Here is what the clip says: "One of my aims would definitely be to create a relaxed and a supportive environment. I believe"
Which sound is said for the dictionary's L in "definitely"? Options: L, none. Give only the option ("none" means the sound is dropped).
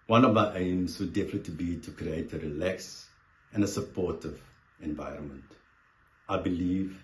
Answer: none